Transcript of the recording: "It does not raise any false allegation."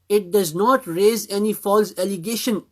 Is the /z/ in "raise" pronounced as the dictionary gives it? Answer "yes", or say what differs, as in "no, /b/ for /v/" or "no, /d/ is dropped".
yes